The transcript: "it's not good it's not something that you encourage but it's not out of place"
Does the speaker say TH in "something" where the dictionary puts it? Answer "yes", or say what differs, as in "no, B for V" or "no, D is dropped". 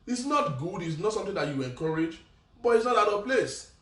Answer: no, T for TH